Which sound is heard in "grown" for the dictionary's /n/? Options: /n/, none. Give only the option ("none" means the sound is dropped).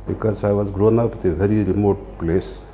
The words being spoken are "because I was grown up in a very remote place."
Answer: /n/